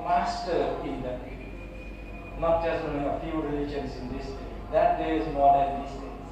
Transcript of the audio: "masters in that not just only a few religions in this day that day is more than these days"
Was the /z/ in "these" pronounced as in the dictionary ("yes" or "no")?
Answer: no